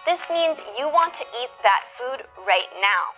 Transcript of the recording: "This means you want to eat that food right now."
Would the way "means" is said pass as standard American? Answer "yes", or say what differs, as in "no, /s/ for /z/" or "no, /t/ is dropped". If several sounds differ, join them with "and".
yes